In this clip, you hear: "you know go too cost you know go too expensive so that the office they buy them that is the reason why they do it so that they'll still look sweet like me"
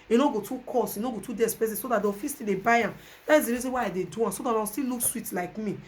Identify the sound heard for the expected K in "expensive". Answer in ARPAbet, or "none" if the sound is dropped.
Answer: none